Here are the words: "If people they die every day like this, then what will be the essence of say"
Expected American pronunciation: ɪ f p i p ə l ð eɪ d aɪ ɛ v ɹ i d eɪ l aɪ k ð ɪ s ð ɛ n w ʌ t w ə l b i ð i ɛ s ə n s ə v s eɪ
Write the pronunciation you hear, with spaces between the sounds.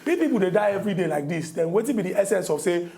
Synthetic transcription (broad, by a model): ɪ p i p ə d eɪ d aɪ ɛ v ɹ i d eɪ l aɪ k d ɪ s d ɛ n w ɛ t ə n b i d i ɛ s ə n s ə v s eɪ